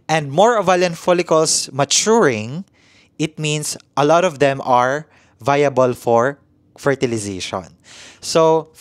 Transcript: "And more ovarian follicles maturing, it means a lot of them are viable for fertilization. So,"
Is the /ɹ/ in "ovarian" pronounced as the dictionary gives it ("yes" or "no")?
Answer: no